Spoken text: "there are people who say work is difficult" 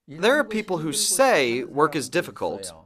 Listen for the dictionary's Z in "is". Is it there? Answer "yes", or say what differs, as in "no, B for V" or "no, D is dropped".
yes